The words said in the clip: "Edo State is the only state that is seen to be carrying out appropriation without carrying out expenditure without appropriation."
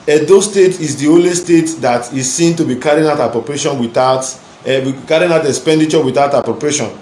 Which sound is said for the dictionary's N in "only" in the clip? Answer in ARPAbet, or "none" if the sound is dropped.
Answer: none